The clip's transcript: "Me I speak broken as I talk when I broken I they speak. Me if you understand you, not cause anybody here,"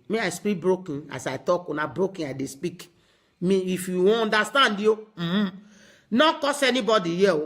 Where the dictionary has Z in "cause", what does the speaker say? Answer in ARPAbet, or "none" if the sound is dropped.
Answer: S